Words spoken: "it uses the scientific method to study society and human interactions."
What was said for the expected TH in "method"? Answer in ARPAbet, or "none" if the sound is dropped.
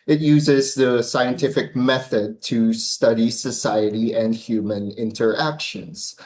TH